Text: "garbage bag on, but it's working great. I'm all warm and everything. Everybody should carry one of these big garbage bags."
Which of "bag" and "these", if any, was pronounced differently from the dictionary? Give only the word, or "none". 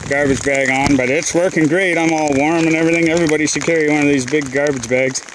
none